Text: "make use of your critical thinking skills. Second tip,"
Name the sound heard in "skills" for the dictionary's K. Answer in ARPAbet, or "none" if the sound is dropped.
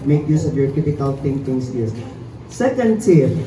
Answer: none